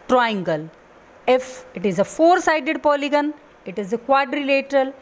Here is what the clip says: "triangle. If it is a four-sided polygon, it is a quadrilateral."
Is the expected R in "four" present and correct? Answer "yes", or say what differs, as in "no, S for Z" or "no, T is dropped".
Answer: yes